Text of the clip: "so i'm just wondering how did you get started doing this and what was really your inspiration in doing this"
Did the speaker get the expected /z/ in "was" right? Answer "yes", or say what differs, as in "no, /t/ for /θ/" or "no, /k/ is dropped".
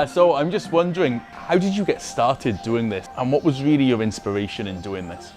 yes